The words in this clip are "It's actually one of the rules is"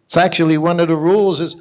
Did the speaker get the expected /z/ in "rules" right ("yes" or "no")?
yes